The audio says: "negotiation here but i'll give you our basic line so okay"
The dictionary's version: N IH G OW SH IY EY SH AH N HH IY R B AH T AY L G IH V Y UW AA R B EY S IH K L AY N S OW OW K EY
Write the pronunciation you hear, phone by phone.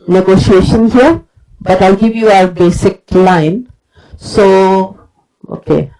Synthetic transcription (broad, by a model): N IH G OW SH IY EY SH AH N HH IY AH B AH T AY L G IH V Y UW AA R B EY S IH K L AY N S OW OW K EY